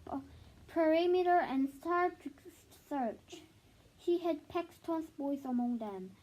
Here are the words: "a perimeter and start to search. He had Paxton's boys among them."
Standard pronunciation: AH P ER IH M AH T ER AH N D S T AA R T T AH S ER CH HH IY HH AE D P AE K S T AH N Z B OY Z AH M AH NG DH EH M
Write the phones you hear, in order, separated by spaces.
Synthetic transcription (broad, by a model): P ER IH M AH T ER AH N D S T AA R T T S ER CH HH IY HH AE D P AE K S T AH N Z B OY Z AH M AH NG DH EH M